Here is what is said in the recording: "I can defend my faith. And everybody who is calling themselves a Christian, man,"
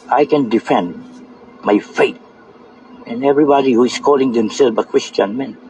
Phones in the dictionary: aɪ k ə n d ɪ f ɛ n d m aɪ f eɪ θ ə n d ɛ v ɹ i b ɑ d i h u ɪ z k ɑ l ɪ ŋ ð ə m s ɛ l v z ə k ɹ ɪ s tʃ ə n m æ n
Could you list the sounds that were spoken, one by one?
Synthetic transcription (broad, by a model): aɪ k ə n d ɪ f ɛ n d m aɪ f eɪ t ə n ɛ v ɹ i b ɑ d i h u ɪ s k ɑ l ɪ ŋ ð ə m s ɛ l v ə k ɹ ɪ s tʃ ə n m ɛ n